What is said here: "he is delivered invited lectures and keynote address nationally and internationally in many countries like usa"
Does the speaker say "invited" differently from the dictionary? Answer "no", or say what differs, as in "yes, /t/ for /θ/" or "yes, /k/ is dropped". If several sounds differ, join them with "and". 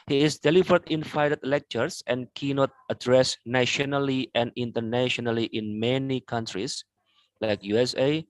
yes, /f/ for /v/